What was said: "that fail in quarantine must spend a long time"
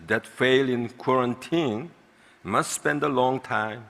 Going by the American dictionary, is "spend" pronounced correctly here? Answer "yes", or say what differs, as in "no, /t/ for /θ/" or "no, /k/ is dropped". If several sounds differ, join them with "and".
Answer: yes